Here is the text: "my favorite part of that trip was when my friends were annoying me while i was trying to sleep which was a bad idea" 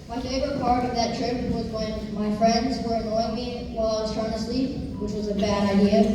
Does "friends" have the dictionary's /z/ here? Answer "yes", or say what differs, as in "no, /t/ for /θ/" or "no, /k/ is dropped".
yes